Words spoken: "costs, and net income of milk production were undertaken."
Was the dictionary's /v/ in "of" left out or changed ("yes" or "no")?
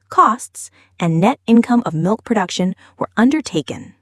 no